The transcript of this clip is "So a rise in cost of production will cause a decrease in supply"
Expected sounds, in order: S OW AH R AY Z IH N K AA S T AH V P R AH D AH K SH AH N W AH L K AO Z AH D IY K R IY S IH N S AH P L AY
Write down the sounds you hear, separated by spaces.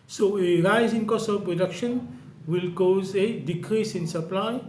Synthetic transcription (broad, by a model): S OW AH R AY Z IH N K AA S AH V P R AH D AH K SH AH N W AH L K AO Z AH D IY K R IY S IH N S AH P L AY